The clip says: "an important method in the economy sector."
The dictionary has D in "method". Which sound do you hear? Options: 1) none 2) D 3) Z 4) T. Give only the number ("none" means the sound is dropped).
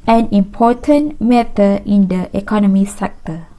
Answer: 1